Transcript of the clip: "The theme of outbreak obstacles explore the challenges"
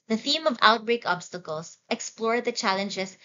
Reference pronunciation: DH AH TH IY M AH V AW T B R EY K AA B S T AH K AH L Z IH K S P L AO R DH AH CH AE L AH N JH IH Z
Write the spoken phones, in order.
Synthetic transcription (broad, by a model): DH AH TH IY M AH V AW T B R EY K AA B S T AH K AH L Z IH K S P L AO R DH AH CH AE L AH N JH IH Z